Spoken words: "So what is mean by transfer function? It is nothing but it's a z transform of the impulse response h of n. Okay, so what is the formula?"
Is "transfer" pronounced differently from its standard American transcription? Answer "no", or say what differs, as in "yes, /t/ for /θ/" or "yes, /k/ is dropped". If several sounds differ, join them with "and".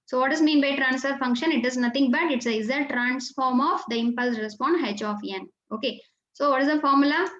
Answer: no